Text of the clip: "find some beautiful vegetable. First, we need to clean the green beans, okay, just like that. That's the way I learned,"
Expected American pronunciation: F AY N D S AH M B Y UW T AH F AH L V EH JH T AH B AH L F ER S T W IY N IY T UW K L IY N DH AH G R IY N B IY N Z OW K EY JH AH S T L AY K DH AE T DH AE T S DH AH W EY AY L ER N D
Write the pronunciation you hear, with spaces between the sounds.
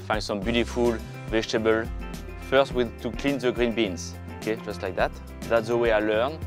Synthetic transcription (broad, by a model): F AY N S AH M B Y UW T AH F AH L V EH JH T AH B AH L F ER S T W IY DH T UW K L IY N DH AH G R IY N B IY N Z OW K EY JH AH S T L AY K DH AE T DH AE T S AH W EY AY L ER N